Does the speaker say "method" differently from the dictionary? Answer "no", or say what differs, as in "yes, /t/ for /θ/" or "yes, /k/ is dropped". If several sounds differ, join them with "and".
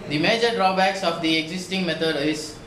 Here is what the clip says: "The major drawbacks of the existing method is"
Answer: yes, /t/ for /θ/